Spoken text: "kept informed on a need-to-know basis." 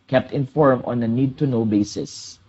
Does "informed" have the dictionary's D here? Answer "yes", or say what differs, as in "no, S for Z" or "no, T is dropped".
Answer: no, D is dropped